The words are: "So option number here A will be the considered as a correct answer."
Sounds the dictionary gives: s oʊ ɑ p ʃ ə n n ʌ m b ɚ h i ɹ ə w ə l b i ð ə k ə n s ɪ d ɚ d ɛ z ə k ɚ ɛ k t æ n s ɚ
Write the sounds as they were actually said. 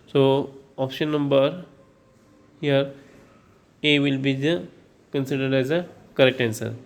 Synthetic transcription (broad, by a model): s oʊ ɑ p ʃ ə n n ʌ m b ɚ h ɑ ɹ ə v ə l b i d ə k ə n s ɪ d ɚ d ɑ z ə k ɚ ɛ k t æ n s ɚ